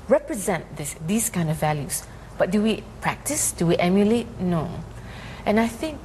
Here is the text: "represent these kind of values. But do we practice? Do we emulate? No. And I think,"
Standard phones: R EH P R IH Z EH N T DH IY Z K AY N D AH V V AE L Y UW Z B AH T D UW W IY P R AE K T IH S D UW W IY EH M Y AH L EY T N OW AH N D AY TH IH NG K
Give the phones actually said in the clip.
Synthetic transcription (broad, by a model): R EH P R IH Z EH N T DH IY S K AY N D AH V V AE L Y UW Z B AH T D UW W IY P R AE K T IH S D UW W IY EH M Y AH L EY T N OW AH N AY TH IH NG K